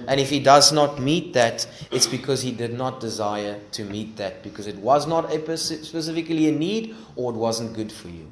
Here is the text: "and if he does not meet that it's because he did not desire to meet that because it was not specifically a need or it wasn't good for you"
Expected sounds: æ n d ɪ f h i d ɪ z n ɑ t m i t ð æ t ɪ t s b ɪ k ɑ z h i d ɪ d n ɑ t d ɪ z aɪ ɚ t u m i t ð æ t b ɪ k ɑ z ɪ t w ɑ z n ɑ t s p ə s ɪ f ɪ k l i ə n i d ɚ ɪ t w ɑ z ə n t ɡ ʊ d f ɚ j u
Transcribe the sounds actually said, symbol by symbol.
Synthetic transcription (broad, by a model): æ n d ɪ f h i d ɪ z n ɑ t m i t ð æ t ɪ t s b ɪ k ɑ z h i d ɪ d n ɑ t d ɪ z aɪ ɚ t u m i t ð æ t b ɪ k ɑ z ɪ t w ɑ z n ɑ t s p ə s ɪ f ɪ k l i ə n i d ɚ ɪ t w ɑ z ə n t ɡ ʊ d f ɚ j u